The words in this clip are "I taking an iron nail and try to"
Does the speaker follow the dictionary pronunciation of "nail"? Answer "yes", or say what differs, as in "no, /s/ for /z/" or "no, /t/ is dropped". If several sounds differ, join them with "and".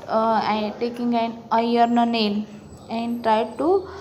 no, /n/ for /l/